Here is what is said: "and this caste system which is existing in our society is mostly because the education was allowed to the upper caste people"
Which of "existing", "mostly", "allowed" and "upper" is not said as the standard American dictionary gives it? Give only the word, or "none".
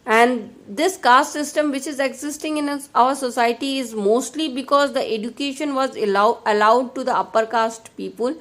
none